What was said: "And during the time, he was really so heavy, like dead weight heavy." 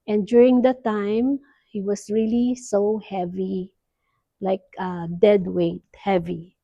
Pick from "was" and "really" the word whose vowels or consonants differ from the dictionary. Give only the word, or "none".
was